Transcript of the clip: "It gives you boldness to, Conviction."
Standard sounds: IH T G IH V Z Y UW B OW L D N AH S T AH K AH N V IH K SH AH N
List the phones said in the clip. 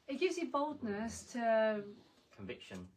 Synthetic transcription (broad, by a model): IH T G IH V Z Y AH B OW L D N AH S T AH K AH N V IH K SH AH N